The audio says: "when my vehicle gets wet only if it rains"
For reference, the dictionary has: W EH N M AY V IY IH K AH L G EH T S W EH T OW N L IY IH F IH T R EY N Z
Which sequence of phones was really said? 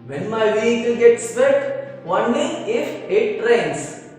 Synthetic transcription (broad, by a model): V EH N M AY V IY IH K AH L G EH T S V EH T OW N IY IH F IH T R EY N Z